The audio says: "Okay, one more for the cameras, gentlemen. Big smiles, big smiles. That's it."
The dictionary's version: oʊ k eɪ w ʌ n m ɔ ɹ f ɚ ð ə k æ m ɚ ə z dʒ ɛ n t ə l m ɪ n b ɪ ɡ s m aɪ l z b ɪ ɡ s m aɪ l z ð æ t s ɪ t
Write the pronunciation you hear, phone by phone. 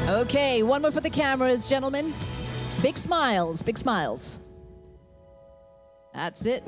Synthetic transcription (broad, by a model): oʊ k eɪ w ʌ n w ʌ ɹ f ɚ ð ə k æ m ɚ ə z dʒ ɛ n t l m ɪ n b ɪ ɡ s m aɪ l z b ɪ ɡ s m aɪ l z ð æ t s ɪ t